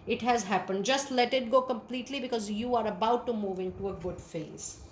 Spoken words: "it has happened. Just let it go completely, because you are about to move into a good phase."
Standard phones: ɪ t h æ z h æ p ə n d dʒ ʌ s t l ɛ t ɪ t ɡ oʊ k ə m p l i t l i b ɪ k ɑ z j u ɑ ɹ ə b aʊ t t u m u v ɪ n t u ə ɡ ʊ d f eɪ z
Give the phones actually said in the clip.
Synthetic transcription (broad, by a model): ɪ t h æ z h æ p ə n d dʒ ʌ s t l ɛ t ɪ t ɡ oʊ k ə m p l i t l i b ɪ k ɑ z j u ɑ ɹ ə b aʊ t t u m u v ɪ n t u ə ɡ ʊ d f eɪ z